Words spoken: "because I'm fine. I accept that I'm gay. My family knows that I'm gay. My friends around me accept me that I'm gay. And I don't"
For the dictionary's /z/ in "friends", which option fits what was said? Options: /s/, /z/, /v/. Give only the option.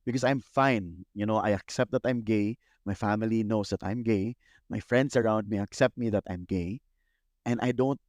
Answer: /s/